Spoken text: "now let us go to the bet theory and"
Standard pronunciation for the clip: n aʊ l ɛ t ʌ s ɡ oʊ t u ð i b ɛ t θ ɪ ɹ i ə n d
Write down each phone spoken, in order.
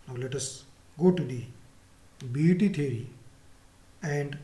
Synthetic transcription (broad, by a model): n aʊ l ɛ t ʌ s ɡ oʊ t u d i b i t t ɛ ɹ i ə n d